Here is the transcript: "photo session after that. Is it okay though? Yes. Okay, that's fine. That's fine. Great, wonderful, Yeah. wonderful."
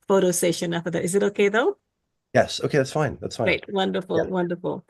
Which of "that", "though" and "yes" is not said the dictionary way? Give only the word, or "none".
none